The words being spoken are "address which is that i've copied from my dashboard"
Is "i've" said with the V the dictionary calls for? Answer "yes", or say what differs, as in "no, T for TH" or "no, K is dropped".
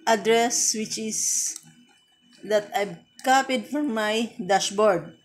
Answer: no, B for V